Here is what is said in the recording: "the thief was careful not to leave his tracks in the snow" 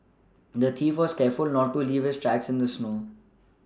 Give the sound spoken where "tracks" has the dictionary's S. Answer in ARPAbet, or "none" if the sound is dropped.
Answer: S